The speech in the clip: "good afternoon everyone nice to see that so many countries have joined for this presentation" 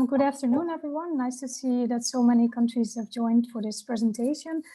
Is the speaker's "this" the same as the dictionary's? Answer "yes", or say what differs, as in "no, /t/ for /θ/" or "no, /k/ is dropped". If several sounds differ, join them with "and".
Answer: yes